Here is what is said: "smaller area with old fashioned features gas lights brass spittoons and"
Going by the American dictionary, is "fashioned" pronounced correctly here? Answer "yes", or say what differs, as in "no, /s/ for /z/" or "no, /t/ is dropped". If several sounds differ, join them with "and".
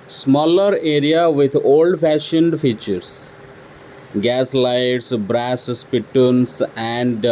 yes